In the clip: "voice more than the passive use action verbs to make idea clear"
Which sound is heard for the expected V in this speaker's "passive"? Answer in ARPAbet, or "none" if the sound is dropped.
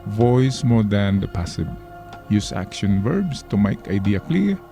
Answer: B